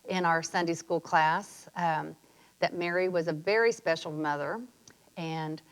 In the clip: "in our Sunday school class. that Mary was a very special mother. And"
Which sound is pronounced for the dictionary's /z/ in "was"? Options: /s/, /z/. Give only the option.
/z/